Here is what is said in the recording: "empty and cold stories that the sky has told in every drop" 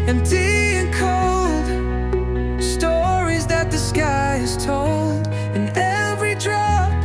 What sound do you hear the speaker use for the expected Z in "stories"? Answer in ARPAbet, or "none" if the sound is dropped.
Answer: Z